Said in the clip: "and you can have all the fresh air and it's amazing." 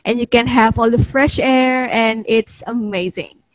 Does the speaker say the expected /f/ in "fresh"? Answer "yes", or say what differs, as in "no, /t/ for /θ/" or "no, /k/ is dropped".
yes